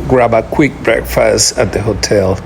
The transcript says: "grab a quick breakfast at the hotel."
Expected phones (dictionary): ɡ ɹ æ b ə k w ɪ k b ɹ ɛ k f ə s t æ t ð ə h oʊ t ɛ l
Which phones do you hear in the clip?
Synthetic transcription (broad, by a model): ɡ ɹ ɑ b ə k w ɪ k b ɹ ɛ k f ə s t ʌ t ð ə h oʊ t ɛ l